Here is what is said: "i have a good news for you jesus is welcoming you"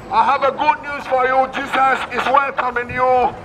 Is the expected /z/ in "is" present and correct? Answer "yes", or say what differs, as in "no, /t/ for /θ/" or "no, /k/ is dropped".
no, /s/ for /z/